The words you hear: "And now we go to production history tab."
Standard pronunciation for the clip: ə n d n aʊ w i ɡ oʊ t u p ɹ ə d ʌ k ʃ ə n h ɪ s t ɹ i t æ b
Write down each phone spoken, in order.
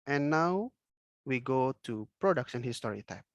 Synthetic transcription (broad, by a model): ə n n aʊ w i ɡ oʊ t u p ɹ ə d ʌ k s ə n h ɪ s t ɹ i t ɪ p